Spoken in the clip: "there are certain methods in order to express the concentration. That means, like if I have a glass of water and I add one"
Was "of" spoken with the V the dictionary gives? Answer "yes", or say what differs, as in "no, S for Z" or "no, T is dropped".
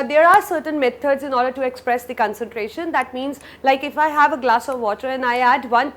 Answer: yes